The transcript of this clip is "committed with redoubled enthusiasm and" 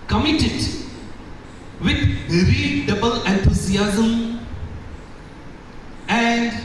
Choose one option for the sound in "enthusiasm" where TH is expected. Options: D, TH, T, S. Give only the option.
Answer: T